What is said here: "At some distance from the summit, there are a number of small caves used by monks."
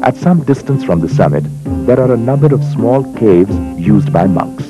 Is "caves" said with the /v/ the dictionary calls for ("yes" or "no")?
yes